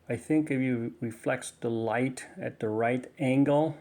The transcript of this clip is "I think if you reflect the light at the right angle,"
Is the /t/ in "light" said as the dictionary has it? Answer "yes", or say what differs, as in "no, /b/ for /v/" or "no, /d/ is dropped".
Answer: yes